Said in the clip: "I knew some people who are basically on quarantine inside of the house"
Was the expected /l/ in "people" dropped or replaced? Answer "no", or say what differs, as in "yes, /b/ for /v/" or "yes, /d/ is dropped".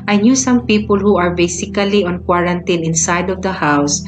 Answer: no